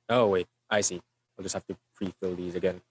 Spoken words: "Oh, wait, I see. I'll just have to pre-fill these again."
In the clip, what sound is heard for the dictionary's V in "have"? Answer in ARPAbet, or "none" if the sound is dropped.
F